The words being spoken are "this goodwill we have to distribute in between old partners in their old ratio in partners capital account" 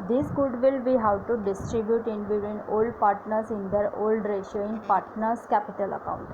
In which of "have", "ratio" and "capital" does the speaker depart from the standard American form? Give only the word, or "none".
have